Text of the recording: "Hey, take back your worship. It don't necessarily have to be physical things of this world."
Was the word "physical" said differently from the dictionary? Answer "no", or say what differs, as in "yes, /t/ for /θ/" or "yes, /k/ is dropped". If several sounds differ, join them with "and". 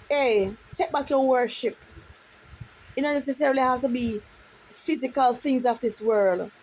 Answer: no